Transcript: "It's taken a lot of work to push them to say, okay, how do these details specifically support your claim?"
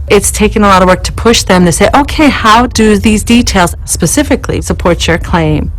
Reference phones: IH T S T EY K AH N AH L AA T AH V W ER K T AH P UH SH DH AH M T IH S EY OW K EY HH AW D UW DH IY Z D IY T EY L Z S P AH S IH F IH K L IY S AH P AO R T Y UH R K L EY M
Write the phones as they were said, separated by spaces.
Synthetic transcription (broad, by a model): IH T S T EY K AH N AH L AA T AH V W ER K T AH P UH SH DH AH M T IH S EY OW K EY HH AW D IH DH IY Z D IY T EY L Z S P AH S IH F IH K L IY S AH P AO R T Y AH R K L EY M